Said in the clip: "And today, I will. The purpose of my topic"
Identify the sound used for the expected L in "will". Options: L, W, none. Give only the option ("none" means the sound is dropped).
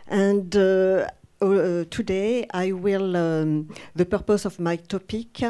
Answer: L